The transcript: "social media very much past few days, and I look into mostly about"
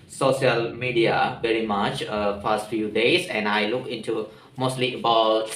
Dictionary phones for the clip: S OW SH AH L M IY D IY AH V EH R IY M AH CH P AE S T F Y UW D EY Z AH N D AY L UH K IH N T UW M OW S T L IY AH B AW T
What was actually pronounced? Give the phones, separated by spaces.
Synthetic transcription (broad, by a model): S OW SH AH L M IY D IY AH V EH R IY M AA CH F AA S T F Y UW D EY S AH N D AY L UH K IH N T UW M OW S T L IY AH B AW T